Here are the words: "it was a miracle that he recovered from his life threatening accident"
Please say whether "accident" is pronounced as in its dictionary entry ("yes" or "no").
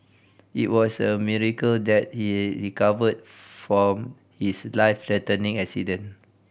no